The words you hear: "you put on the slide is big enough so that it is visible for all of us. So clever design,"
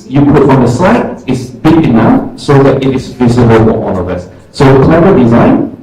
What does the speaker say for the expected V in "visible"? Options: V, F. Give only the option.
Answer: V